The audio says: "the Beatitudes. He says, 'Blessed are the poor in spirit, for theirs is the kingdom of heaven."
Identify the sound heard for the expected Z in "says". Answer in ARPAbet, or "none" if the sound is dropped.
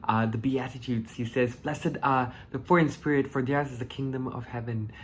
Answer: Z